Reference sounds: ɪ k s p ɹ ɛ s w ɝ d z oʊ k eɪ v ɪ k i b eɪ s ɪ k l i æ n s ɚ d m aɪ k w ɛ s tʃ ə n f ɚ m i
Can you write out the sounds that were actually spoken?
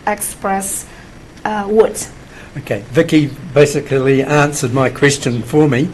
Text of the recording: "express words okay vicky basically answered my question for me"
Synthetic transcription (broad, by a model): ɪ k s p ɹ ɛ s w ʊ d oʊ k eɪ v ɪ k i b eɪ s ɪ k l i æ n s ɚ d m aɪ k w ɛ s tʃ ə n f ɚ m i